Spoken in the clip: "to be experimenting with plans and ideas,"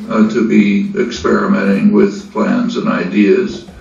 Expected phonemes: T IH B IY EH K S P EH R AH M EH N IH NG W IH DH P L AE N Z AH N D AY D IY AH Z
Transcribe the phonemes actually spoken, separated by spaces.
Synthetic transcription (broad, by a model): T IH B IY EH K S P EH R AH M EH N IH NG W IH DH P L AE N Z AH N AY D IY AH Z